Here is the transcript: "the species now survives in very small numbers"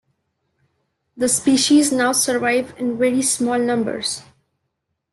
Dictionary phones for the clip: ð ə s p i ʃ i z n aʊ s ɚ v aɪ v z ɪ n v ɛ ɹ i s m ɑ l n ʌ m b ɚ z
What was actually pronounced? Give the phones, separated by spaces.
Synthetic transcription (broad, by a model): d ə s p i ʃ i z n aʊ s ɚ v aɪ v ɪ n v ɛ ɹ i s m ɑ l n ʌ m b ɚ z